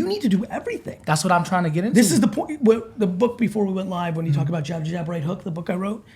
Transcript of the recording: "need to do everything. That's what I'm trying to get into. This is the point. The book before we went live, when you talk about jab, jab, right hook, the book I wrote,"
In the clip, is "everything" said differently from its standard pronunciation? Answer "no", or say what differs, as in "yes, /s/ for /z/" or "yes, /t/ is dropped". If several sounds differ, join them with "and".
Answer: no